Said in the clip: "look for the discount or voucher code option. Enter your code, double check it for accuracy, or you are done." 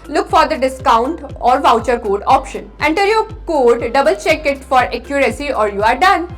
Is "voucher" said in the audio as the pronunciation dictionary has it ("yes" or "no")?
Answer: yes